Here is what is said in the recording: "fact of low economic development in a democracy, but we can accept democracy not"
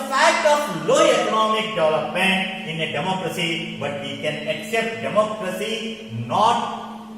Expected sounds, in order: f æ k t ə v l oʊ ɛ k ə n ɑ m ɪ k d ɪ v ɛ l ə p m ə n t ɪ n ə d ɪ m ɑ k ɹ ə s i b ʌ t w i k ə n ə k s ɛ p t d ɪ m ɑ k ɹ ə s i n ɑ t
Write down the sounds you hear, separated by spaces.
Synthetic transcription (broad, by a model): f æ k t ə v l oʊ ɛ k ə n ɑ m ɪ k d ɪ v l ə p m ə n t ɪ n ə d ɪ m ɑ k ɹ ə s i b ʌ t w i k ə n ə k s ɛ p t d ɪ m ɑ k ɹ ə s i n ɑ t